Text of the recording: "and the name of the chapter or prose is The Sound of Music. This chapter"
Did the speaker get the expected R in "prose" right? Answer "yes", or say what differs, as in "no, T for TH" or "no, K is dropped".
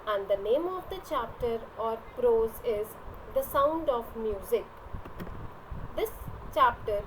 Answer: yes